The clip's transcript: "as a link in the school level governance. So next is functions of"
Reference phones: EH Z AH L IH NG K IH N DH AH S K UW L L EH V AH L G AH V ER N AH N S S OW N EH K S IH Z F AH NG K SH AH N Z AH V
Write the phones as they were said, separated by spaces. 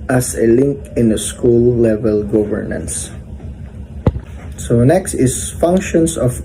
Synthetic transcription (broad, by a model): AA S AH L IH NG K IH N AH S K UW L L EH V AH L G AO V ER N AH N S S OW N EH K S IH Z F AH NG K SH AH N S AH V